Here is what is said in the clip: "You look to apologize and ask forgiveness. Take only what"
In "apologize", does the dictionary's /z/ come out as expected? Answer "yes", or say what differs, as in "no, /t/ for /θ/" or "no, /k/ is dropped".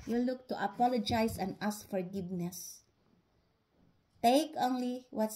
no, /s/ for /z/